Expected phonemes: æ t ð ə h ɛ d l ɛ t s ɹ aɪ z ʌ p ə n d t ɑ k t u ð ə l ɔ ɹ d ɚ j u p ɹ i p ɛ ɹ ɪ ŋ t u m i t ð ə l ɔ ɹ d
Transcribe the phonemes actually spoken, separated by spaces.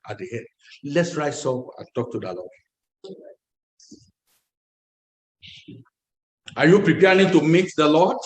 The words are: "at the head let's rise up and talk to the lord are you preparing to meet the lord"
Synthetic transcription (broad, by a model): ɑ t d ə h ɛ d l ɛ t s ɹ aɪ s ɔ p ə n t ɑ k t u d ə l ɔ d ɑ j u p ɹ i p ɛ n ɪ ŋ t u m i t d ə l ɔ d